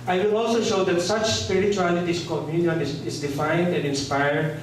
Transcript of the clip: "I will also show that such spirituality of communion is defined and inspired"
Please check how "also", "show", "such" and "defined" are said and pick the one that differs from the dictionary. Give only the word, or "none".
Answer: none